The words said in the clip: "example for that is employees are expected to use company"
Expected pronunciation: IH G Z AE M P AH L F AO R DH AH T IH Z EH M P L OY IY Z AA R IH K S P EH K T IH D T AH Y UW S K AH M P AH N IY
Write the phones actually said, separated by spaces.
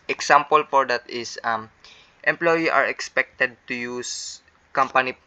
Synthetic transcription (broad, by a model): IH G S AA M P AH L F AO R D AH T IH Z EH M P L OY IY AA R IH K S P EH K T IH D T AH Y UW S K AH M P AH N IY